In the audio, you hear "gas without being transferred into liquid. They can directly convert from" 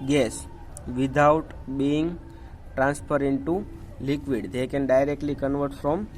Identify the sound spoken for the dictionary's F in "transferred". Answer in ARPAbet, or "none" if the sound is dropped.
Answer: P